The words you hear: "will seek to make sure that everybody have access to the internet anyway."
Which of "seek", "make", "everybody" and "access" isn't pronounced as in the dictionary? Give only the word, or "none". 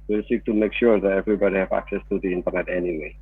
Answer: none